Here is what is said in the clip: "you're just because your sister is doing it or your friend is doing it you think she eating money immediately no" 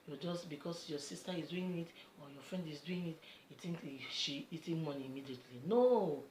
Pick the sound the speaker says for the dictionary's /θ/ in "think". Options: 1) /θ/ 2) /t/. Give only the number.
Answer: 2